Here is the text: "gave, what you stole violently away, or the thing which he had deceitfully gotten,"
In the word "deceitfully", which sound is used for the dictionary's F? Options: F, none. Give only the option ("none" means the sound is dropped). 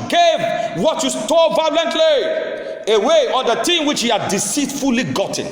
F